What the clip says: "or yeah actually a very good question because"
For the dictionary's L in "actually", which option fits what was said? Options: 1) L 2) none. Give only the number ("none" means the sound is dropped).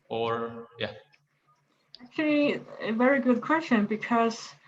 1